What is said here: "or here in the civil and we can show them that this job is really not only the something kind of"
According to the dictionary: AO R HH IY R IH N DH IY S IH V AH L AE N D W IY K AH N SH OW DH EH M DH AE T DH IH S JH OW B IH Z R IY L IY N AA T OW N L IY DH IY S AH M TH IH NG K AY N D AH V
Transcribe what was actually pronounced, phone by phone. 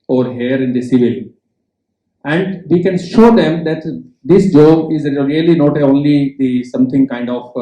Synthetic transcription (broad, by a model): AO R HH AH R IH N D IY S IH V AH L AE N D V IY K AH N SH OW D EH M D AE T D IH S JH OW IH Z R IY L IY N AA T OW N L IY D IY S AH M T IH NG K AY N D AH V